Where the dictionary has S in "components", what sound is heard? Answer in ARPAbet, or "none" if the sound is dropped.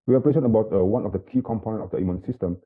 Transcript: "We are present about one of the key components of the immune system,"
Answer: none